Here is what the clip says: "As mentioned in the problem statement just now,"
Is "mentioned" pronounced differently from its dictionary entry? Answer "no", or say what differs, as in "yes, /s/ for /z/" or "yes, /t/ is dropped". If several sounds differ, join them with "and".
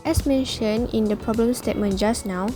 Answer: yes, /d/ is dropped